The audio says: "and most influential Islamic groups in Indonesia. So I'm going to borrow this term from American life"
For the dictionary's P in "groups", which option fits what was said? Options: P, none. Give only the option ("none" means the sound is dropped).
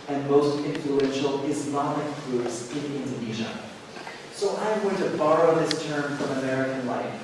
none